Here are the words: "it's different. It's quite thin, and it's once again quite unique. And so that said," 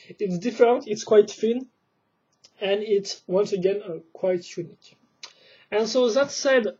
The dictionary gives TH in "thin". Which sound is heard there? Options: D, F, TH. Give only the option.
F